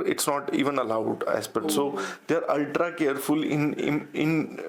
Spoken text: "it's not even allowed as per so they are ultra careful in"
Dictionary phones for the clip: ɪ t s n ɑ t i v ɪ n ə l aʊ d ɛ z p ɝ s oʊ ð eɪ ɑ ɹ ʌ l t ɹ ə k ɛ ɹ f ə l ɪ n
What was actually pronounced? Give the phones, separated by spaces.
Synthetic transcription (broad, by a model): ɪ t s n ɑ t i v ɪ n ə l aʊ d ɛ s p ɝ s oʊ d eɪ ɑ ɹ ʌ l t ɹ ə k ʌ ɹ f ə l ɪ n